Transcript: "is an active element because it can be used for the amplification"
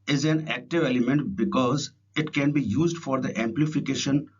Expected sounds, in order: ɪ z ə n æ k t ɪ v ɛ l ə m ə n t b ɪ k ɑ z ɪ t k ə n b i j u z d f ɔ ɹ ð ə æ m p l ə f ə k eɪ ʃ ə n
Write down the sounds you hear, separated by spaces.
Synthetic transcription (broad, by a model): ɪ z ə n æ k t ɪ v ɛ l ə m ə n t b ɪ k ɑ z ɪ t k ə n b i j u z d f ɔ ɹ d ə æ m p l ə f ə k eɪ ʃ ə n